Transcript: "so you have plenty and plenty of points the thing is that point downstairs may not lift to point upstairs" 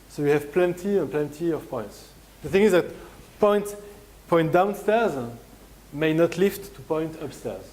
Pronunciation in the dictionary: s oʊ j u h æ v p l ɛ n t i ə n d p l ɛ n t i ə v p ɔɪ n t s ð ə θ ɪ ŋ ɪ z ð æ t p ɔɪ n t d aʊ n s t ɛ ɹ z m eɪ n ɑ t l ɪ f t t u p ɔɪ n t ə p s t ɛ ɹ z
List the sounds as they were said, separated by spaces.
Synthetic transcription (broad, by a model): s oʊ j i h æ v p l ɛ n t i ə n p l ɛ n t i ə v p ɔɪ n t s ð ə θ ɪ ŋ ɪ z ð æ t p ɔɪ n t d aʊ n s t ɛ ɹ z m eɪ n ɑ t l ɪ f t t u p ɔɪ n t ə p s t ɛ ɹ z